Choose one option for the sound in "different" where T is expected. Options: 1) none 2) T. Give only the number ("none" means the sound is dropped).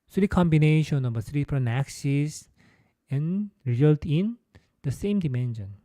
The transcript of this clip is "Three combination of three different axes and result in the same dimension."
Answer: 1